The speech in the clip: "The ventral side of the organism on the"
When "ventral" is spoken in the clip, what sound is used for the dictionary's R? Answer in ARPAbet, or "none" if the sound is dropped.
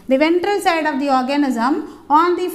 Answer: R